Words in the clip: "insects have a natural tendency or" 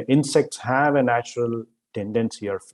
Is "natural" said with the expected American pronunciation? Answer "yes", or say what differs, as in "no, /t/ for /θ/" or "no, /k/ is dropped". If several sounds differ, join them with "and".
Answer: yes